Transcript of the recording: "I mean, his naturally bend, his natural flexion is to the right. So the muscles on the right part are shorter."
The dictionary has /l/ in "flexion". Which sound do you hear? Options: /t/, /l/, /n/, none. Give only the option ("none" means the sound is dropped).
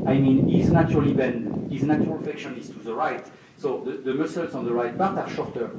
none